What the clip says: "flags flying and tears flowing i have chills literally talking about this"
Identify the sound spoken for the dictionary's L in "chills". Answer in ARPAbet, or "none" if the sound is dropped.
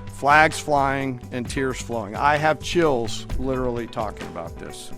L